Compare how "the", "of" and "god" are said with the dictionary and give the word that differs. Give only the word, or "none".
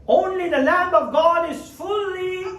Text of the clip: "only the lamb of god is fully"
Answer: none